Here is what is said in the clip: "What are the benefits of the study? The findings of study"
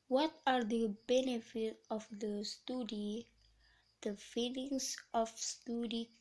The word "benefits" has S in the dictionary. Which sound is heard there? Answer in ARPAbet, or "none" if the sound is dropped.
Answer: none